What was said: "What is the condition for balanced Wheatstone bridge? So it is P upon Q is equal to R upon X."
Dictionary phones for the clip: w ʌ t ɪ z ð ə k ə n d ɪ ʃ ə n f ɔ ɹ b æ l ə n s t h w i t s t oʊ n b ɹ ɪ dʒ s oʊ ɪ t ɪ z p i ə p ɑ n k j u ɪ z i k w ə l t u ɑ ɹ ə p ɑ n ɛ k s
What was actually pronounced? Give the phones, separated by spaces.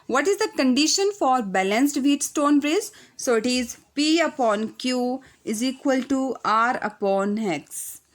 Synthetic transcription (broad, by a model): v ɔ t ɪ z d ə k ə n d ɪ ʃ ə n f ɔ ɹ b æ l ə n s t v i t s t oʊ n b ɹ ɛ z s oʊ ɪ t ɪ z p i ə p ɑ n k j u ɪ z i k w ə l t u ɑ ɹ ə p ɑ n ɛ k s